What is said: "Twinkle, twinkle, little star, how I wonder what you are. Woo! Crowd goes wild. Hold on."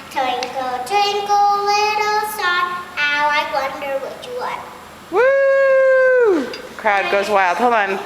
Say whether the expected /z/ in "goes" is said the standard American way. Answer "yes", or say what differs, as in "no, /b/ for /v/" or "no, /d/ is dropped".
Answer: yes